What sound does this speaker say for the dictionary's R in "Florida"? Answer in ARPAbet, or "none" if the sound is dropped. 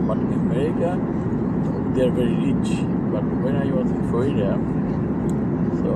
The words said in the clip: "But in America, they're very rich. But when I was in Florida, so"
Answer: none